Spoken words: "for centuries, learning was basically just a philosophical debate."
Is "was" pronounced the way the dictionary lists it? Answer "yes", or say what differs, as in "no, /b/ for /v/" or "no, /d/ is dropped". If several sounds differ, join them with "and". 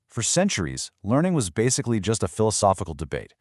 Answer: yes